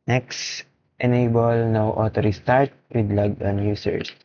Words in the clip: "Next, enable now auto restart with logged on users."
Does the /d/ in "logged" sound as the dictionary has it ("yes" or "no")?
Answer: no